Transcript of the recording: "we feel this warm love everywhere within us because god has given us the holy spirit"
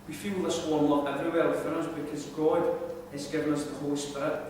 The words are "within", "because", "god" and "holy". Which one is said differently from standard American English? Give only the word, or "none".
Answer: within